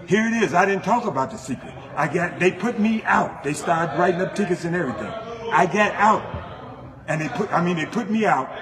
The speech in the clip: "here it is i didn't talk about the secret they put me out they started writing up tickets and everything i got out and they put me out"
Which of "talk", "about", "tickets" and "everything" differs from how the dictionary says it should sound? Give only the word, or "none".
none